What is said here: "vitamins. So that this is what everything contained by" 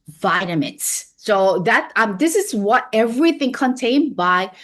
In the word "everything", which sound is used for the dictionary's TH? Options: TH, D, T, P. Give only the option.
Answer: TH